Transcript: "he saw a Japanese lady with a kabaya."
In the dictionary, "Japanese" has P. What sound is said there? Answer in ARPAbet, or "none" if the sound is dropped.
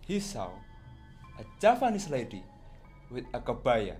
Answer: F